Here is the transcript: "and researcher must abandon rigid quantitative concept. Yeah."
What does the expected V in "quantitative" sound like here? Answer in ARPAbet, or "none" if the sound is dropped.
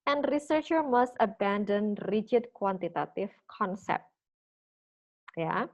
F